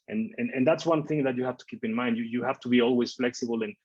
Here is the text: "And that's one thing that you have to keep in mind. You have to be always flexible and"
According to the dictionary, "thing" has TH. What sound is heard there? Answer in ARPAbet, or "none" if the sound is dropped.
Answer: TH